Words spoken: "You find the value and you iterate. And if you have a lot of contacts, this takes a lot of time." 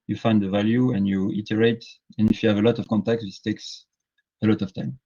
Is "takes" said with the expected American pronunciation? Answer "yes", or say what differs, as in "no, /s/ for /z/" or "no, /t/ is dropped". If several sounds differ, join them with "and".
yes